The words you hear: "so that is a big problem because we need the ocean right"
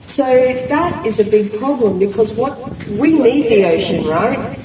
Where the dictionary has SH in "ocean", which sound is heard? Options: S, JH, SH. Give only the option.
SH